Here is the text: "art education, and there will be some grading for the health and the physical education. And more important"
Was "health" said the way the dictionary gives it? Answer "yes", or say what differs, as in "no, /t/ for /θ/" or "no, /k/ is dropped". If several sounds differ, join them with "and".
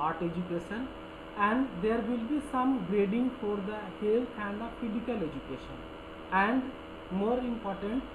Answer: no, /t/ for /θ/